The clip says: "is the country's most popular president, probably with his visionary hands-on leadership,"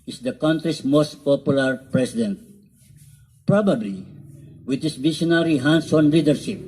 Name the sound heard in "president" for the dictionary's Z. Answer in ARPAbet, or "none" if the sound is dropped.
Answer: S